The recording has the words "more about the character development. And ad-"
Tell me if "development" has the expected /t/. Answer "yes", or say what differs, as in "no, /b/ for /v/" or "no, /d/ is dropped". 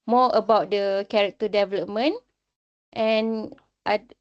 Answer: yes